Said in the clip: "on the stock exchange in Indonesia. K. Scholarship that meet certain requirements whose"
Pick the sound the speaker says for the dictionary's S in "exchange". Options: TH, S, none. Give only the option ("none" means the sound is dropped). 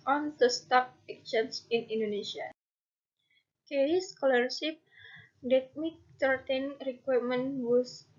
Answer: none